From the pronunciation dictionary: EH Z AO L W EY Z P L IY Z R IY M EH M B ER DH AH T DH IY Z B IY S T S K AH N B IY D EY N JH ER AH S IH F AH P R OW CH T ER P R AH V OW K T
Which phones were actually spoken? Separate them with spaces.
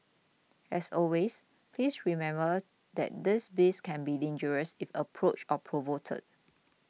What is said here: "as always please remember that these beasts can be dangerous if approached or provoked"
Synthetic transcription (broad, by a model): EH S AO L W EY S P L IY S R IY M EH M B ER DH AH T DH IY S B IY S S K AH N B IY D EY N JH ER AH S IH F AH P R OW CH ER P R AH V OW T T